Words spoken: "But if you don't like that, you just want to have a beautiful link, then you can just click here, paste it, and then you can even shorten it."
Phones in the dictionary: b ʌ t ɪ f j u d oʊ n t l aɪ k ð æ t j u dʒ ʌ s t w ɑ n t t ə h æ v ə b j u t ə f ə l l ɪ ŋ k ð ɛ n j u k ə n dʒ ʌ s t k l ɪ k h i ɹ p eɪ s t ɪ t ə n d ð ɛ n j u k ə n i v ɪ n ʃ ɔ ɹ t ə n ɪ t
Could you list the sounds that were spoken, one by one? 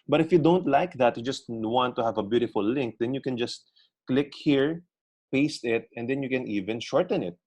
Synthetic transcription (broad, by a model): b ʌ t ɪ f j u d oʊ n t l aɪ k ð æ t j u dʒ ʌ s t w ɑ n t t ə h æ v ə b j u t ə f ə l l ɪ ŋ k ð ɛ n j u k ə n dʒ ʌ s t k l ɪ k h i ɹ p eɪ s t ɪ t ə n d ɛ n j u k ə n i v ɪ n ʃ ɔ ɹ t ə n ɪ t